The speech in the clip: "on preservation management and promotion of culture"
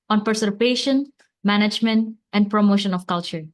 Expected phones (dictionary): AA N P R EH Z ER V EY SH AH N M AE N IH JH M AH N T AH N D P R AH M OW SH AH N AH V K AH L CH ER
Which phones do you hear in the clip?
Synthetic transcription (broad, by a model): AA N P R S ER P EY SH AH N M AE N IH JH M AH N T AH N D P R AH M OW SH AH N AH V K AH L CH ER